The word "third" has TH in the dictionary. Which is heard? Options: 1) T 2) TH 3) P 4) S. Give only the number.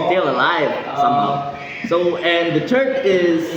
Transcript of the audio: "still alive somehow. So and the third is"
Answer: 1